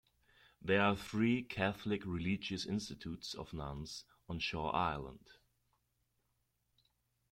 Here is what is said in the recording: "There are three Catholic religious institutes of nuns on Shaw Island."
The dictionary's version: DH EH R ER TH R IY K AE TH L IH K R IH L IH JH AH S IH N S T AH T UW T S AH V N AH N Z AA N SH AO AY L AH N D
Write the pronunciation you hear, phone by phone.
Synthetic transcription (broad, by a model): DH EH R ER TH R IY K AE TH L IH K R IH L IH JH AH S IH N S T AH T UW T S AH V N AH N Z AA N SH AO AY L AH N D